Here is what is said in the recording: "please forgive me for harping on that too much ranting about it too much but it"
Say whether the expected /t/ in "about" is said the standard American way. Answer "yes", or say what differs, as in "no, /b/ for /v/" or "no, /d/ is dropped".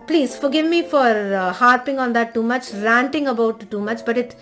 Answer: no, /t/ is dropped